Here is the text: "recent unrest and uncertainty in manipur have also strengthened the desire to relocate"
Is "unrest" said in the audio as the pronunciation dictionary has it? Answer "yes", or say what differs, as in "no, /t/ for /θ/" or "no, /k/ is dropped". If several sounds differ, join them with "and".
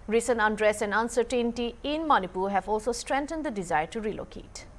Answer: no, /t/ is dropped